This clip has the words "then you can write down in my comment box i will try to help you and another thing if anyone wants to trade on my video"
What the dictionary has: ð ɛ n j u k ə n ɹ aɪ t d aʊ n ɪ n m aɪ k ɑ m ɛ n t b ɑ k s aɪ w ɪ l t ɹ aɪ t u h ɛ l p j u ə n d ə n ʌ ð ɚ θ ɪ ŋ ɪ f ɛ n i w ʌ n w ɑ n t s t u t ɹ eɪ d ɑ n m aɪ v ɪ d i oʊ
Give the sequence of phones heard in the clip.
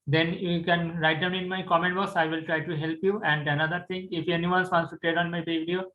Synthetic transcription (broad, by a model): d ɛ n j u k ə n ɹ aɪ t d aʊ n ɪ n m aɪ k ɑ m ɛ n t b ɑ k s aɪ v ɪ l t ɹ aɪ t u h ɛ l p j u ə n d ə n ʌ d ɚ t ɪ ŋ ɪ f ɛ n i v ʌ n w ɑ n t s t u t eɪ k ɑ n m aɪ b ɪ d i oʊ